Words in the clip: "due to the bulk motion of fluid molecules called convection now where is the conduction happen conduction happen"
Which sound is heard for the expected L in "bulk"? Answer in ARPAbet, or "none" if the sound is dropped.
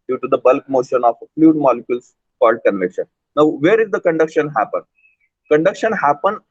L